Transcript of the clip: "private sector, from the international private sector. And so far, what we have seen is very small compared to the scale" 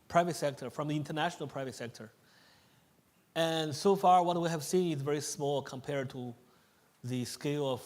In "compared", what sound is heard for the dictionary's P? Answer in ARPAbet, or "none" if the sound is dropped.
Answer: P